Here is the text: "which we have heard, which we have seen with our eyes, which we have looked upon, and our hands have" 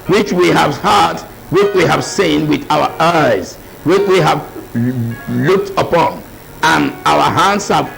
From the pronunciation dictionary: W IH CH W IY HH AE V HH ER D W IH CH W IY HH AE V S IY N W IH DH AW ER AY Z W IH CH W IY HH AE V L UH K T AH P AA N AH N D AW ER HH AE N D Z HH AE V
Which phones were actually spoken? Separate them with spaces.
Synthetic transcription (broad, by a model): W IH CH W IY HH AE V HH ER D W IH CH W IY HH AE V S IY N W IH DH AW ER AY Z W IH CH W IY HH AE V L UH K T AH P AA N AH N AW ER HH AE N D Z HH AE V